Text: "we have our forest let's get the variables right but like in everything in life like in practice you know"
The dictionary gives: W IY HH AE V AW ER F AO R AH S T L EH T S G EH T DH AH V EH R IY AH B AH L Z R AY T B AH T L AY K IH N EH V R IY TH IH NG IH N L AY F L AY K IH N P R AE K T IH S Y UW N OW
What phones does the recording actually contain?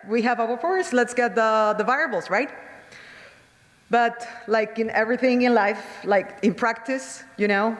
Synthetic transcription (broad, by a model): W IY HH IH V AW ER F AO R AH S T L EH T S G EH T DH AH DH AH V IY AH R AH L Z R AY T B AH T L AY K IH N EH V R IY TH IH NG IH N L AY F L AY K IH N P R AE K T IH S Y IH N OW